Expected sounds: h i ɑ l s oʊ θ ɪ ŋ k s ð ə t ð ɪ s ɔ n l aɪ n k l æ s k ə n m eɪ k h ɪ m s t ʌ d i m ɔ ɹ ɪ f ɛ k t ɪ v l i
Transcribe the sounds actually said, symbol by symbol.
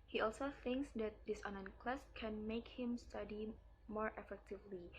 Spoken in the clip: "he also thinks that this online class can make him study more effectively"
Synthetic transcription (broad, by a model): h i ɑ l s oʊ θ ɪ ŋ k s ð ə t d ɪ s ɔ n aɪ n k l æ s k ə n m eɪ k h ɪ m s t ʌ d i m ɔ ɹ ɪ f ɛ k t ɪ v l i